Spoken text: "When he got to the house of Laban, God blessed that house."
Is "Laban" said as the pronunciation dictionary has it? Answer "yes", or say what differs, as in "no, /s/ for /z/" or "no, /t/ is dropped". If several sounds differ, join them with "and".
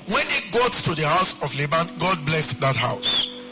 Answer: yes